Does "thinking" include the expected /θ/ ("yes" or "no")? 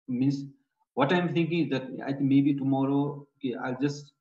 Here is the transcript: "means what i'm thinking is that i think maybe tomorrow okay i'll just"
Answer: no